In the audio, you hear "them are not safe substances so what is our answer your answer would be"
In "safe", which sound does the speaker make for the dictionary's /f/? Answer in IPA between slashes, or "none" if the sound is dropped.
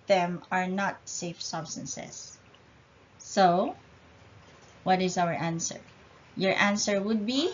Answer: /f/